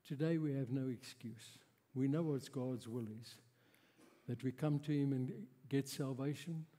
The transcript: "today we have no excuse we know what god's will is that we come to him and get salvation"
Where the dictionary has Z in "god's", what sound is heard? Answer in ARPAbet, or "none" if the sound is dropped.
Z